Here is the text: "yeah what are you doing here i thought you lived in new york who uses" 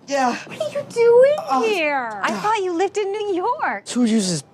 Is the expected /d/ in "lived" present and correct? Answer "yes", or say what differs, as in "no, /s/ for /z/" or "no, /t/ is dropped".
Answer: yes